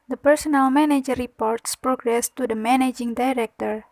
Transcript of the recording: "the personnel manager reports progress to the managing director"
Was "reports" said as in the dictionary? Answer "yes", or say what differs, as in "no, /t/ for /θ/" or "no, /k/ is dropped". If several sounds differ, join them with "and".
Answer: yes